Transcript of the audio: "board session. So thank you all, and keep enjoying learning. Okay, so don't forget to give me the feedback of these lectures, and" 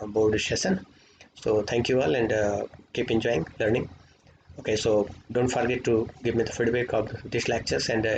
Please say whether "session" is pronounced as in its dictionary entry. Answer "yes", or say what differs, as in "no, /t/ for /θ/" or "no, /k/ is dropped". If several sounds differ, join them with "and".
no, /ʃ/ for /s/ and /s/ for /ʃ/